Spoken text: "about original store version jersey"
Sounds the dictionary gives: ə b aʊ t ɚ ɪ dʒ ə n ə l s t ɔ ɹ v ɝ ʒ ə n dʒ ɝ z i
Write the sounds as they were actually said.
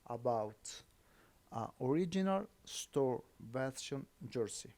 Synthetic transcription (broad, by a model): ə b aʊ t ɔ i dʒ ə n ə l s t ɔ ɹ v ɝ s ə n dʒ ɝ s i